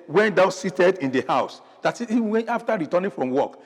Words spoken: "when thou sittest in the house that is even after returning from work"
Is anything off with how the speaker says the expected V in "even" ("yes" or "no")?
yes